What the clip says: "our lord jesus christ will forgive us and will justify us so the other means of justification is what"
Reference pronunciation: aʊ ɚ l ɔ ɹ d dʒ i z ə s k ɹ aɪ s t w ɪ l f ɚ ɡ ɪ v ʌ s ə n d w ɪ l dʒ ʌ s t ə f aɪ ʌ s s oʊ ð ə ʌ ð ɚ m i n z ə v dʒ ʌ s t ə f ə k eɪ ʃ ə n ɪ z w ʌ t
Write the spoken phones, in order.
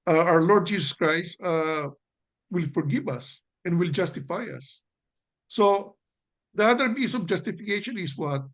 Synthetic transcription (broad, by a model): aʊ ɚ l ɔ ɹ d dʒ i s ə s k ɹ aɪ s t w ɪ l f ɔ ɡ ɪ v ʌ s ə n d w ɪ l dʒ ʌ s t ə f aɪ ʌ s s oʊ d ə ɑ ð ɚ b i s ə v dʒ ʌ s t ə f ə k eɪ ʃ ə n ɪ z w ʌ t